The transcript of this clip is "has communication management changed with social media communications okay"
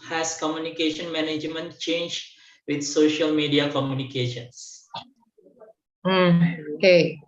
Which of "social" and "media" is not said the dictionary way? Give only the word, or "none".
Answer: none